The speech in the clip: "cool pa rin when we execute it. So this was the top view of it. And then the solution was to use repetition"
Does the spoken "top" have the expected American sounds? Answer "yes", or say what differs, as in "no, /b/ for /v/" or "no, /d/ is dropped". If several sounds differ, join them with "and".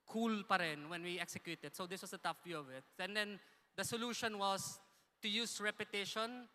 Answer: no, /f/ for /p/